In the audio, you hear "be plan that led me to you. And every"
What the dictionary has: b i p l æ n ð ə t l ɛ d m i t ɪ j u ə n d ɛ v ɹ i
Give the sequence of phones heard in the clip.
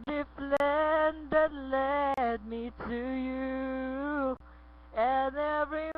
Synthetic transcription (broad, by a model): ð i f l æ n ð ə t l ɛ d m i t ɪ j u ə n ɛ v ɹ i